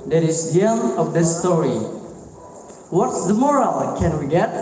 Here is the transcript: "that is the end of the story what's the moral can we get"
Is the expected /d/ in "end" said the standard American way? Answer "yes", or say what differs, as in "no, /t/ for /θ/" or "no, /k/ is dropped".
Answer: no, /d/ is dropped